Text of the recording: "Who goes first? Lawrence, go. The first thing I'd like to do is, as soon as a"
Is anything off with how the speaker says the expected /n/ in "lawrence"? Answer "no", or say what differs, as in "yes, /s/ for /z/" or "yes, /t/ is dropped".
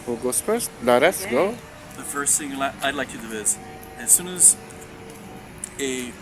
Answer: yes, /n/ is dropped